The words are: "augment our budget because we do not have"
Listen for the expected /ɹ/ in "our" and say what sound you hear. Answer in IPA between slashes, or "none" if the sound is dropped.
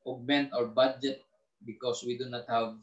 /ɹ/